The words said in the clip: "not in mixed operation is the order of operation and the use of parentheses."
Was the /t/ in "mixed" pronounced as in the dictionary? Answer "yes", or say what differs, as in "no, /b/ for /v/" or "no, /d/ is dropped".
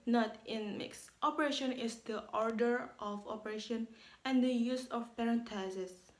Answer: yes